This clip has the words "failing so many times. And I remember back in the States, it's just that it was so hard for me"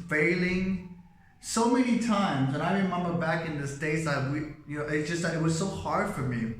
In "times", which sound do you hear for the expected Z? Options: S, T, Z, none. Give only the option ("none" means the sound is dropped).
Z